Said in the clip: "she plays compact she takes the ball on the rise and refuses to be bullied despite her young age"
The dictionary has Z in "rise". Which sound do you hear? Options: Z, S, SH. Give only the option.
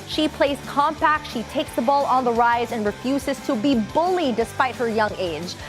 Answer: Z